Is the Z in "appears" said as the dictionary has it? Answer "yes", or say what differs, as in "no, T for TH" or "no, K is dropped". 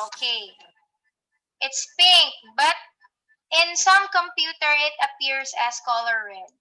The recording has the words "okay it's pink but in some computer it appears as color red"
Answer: no, S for Z